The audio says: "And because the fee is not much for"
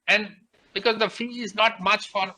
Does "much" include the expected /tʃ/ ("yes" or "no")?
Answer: yes